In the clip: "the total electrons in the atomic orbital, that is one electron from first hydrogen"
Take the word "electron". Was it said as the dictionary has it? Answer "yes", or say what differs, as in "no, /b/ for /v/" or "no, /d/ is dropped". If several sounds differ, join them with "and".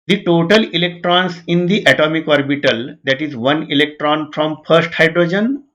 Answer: yes